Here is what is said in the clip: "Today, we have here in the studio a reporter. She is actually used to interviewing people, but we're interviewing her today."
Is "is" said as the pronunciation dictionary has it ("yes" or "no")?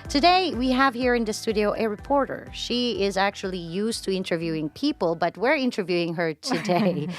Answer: yes